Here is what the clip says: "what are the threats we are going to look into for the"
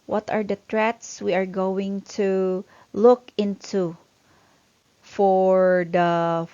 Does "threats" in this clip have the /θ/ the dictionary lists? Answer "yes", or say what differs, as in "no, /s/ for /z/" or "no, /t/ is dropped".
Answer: no, /t/ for /θ/